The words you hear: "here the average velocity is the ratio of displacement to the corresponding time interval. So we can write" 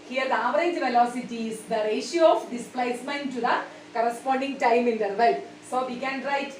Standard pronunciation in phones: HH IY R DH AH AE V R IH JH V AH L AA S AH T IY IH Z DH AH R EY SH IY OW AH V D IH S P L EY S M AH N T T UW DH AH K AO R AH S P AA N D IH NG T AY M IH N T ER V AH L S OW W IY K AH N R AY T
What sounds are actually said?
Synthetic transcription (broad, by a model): HH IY R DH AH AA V R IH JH V AH L AA S AH T IY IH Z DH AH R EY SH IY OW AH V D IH S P L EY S M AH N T T UW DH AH K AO R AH S P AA N D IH NG T AY M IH N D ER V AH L S OW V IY K AH N R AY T